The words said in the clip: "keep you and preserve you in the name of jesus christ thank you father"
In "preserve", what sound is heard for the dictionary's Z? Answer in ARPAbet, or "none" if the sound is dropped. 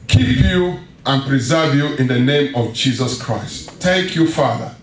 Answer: Z